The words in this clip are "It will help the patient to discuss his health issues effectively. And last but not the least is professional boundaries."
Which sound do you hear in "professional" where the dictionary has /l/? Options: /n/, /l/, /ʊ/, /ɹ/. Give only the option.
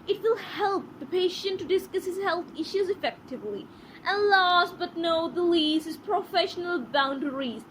/l/